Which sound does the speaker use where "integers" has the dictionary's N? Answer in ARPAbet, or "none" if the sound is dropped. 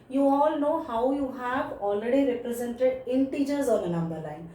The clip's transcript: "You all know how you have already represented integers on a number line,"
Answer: N